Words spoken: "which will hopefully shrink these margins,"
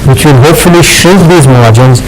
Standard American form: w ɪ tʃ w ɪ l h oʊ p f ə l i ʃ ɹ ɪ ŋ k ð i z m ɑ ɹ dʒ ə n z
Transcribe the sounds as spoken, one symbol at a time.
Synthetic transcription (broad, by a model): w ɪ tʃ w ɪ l h oʊ p f ə l i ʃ u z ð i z m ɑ dʒ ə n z